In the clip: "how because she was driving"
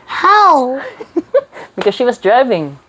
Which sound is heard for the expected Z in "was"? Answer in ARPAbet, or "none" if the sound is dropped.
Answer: Z